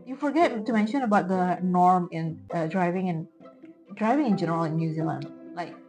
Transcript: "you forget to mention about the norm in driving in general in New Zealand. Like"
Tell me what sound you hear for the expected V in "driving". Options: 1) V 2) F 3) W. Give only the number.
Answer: 1